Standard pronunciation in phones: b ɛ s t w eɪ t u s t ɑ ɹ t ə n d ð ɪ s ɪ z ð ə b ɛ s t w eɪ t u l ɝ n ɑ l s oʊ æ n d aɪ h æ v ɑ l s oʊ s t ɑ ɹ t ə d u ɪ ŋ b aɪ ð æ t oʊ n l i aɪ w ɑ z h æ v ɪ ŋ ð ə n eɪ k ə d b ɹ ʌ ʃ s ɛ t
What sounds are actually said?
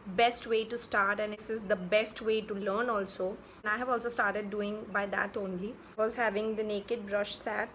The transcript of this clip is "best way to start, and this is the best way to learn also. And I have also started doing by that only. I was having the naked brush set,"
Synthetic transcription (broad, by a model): b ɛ s t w eɪ t u s t ɑ ɹ t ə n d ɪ s ɪ z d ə b ɛ s t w eɪ t u l ɝ n ɑ l s oʊ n aɪ h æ v ɑ l s oʊ s t ɑ ɹ t ə d u ɪ ŋ b aɪ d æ t oʊ n l i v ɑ z h æ v ɪ ŋ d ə n eɪ k ə d b ɹ ʌ ʃ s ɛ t